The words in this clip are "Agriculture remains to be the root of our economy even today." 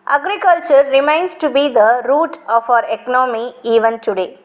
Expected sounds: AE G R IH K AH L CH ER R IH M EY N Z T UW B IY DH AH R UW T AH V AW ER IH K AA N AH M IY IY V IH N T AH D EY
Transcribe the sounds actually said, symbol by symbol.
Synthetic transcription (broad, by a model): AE G R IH K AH L CH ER R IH M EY N S T UW B IY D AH R UW T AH F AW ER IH K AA N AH M IY IY V IH N T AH D EY